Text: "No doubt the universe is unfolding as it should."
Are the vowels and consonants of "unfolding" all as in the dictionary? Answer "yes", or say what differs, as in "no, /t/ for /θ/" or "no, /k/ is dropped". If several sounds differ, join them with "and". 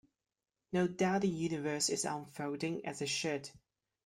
no, /l/ is dropped